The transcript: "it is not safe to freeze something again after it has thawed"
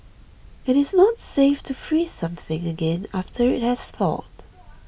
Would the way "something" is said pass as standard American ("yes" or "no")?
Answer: yes